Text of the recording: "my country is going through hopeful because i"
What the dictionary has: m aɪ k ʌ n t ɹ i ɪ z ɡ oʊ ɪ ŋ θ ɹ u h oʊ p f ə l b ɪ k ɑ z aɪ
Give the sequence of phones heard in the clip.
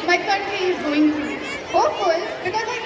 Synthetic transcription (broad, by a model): m aɪ k ʌ n t ɹ i ɪ z ɡ oʊ ɪ ŋ t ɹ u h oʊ f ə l b ɪ k ɑ z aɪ